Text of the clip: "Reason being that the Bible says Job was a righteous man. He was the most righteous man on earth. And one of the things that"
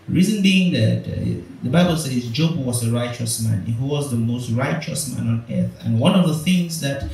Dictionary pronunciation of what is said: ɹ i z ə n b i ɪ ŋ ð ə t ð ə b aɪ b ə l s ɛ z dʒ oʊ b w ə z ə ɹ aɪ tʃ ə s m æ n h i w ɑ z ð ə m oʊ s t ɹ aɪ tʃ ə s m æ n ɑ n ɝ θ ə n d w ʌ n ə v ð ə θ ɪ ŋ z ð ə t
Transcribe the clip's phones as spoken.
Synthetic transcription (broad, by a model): ɹ i z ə n b i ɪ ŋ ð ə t ð ə b aɪ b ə l s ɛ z dʒ oʊ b w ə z ə ɹ aɪ tʃ ə s m æ n h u w ɑ z ð ə m oʊ s t ɹ aɪ tʃ ə s m æ n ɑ n ɝ θ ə n w ʌ n ə v ð ə θ ɪ ŋ z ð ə t